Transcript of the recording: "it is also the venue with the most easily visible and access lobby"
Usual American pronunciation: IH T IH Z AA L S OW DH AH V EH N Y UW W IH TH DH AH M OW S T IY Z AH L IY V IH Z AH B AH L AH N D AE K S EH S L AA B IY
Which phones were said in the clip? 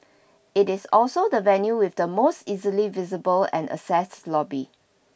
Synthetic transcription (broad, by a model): IH T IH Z AA L S OW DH AH V EH N Y UW W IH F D AH M OW S T IY Z AH L IY V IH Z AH B AH L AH N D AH S EH S L AA B IY